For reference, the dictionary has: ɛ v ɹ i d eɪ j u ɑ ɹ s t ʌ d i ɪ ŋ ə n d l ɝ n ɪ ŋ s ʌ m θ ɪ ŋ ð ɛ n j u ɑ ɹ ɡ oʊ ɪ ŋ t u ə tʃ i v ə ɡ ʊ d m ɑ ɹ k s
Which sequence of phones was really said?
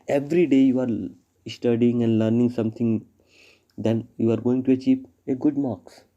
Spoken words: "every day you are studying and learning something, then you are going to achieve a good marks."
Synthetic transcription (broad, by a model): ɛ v ɹ i d eɪ j u ɑ ɹ s t ʌ d i ɪ ŋ ə n d l ɝ n ɪ ŋ s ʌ m t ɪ ŋ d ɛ n j u ɑ ɹ ɡ oʊ ɪ ŋ t u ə tʃ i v ə ɡ ʊ d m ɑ k s